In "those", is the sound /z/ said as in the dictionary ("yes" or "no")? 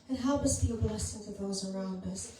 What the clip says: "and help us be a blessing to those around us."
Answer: yes